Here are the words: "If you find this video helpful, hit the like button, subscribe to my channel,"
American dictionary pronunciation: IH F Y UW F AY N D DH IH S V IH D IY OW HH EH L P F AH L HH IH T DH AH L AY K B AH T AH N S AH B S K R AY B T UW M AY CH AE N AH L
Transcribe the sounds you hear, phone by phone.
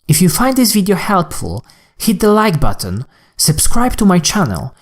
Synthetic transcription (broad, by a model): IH F Y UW F AY N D DH IH S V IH D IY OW HH EH L P F AH L HH IH T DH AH L AY K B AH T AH N S AH B S K R AY B T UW M AY CH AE N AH L